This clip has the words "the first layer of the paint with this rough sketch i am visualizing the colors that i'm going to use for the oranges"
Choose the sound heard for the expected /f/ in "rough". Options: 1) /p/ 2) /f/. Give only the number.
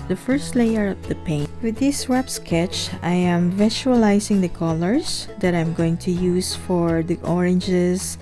1